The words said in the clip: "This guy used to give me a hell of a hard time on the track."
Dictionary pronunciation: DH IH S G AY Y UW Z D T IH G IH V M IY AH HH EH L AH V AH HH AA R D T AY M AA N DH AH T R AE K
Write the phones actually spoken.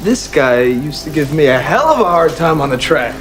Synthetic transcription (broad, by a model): DH IH S G AY Y UW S T IH G IH V M IY AH HH EH L AH V AH HH AA R D T AY M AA N DH AH T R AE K